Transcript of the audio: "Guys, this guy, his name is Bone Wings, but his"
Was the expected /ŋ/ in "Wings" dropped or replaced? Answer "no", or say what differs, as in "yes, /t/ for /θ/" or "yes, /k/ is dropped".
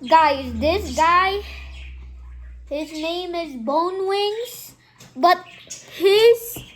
no